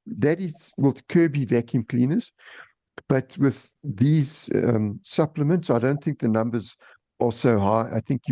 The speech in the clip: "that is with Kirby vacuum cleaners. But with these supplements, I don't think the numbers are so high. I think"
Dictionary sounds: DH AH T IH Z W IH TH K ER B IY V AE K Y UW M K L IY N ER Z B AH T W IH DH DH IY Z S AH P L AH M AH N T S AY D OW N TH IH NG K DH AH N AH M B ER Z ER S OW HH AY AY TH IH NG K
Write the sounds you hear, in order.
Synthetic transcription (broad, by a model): DH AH T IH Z W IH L K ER B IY V AE K Y UW M K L IY N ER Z B AH T W IH DH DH IY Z S AH P L AH M AH N T S AY D OW N TH IH NG K DH AH N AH M B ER Z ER S OW HH AY AY TH IH NG K